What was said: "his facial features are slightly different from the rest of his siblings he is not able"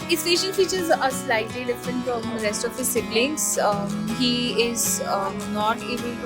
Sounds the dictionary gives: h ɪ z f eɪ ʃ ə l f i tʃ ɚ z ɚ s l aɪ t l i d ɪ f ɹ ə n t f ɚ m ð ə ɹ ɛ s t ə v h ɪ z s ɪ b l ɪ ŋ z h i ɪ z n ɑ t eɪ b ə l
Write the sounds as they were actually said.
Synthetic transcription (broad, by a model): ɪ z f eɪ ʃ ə n f i tʃ ɚ z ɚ s l aɪ t l i d ɪ f ɹ ə n t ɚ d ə ɹ ɛ s t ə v h ɪ z s ɪ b l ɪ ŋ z h i ɪ z n ɑ t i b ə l